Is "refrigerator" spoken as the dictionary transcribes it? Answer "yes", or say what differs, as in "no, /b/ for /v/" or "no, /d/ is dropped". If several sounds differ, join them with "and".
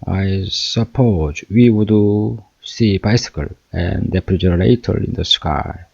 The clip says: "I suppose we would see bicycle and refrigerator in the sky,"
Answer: no, /p/ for /f/